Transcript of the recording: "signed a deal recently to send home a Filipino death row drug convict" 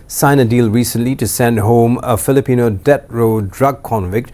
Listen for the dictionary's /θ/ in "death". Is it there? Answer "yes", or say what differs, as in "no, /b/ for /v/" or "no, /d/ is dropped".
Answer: no, /t/ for /θ/